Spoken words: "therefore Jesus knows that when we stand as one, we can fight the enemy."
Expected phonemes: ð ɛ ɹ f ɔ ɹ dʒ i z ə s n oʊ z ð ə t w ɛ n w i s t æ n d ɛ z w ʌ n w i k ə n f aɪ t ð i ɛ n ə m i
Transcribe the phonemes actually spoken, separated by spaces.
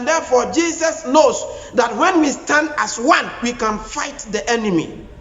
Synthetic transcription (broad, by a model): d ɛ f ɔ dʒ i s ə s n oʊ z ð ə t w ɛ n w i s t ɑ n d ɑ s w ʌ n w i k ə n f aɪ t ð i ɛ n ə m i